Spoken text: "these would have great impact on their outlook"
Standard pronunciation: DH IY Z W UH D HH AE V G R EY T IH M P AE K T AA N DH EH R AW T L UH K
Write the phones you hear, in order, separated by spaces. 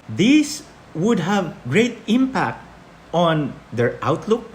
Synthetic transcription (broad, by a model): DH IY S W UH D HH AE V G R EY T IH M P AE K T AA N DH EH R AW T L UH K